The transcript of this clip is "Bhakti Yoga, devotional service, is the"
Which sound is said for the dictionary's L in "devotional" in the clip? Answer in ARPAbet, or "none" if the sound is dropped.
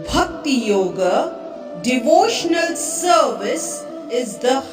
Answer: L